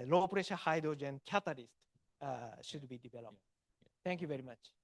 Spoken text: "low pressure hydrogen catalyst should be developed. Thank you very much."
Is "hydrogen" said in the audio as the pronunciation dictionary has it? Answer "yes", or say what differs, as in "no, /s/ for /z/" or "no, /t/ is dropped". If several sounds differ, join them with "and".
yes